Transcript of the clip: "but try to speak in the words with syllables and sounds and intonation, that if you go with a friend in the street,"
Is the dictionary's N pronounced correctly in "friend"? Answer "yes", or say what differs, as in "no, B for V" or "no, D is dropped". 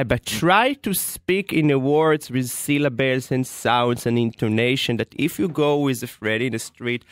no, N is dropped